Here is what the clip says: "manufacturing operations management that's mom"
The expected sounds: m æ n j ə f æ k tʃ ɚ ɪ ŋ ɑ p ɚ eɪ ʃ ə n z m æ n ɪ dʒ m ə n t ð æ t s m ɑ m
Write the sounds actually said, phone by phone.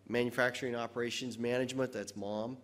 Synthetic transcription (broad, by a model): m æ n j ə f æ k tʃ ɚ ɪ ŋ ɑ p ɚ eɪ ʃ ə n z m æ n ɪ dʒ m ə n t ð æ t s m ɑ m